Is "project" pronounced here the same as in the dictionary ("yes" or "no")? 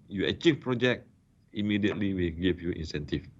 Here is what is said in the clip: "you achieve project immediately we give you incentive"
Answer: no